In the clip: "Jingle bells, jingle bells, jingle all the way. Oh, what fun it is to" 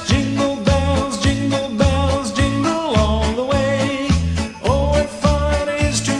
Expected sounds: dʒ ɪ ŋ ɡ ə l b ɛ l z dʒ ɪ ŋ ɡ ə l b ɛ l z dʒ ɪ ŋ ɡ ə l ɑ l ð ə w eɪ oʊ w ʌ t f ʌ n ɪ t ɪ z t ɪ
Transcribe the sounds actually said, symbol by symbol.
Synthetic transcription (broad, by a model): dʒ ɪ ŋ ɡ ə l b ɛ l z dʒ ɪ ŋ ɡ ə l b ɛ l z dʒ ɪ ŋ ɡ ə l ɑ n ð ə w eɪ oʊ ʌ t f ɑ ɪ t ɪ z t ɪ